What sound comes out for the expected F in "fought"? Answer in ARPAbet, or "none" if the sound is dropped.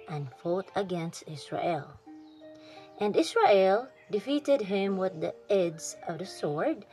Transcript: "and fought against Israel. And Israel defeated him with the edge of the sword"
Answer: F